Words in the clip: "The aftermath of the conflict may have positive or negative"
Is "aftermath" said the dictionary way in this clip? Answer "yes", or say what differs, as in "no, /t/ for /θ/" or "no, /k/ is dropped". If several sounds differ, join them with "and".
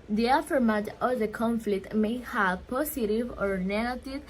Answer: no, /t/ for /θ/